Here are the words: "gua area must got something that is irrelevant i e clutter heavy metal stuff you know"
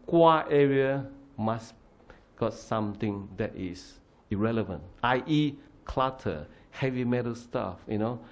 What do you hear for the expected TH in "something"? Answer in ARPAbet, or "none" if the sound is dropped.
T